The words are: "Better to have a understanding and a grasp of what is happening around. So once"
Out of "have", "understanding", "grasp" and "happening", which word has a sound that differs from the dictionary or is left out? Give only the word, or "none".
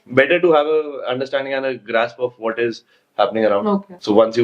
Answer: none